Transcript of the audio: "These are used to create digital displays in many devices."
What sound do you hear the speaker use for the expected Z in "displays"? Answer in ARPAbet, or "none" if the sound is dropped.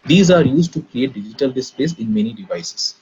S